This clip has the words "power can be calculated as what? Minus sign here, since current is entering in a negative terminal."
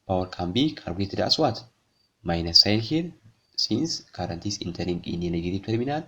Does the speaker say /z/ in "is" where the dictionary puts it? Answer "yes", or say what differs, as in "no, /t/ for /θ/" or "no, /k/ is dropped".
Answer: no, /s/ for /z/